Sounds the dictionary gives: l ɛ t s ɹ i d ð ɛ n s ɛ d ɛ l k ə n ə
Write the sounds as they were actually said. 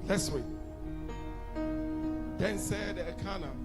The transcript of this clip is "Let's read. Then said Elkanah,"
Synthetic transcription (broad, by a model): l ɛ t s w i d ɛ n s ɛ d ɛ k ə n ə